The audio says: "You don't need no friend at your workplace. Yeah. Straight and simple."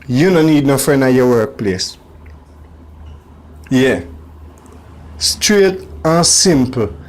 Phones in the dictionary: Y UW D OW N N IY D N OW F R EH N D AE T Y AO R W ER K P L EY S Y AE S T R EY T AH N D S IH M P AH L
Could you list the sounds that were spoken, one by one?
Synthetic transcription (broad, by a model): Y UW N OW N N IY D N OW F R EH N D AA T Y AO W ER K P L EY S Y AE S T R EY T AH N S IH M P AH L